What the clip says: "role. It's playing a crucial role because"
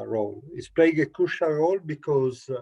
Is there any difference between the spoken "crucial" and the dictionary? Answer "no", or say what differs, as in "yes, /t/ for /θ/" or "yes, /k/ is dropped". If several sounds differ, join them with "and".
yes, /ɹ/ is dropped